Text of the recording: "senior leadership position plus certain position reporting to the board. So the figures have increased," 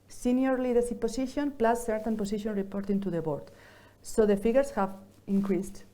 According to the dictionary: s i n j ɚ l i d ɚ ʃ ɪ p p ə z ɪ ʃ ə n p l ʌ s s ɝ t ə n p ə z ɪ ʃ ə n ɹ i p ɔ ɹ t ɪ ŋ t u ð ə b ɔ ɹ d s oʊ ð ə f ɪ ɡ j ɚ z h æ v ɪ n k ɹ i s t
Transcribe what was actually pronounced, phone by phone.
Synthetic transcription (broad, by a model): s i n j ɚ l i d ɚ s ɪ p p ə s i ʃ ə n p l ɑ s s ɝ t ə n p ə s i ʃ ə n ɹ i p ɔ ɹ t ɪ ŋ t u ð ə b ɔ ɹ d s oʊ ð ə f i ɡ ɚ s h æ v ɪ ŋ k ɹ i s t